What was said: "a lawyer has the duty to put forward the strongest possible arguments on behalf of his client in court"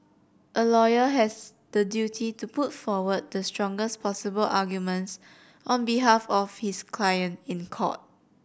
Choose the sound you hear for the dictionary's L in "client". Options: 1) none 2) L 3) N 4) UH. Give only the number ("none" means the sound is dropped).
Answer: 2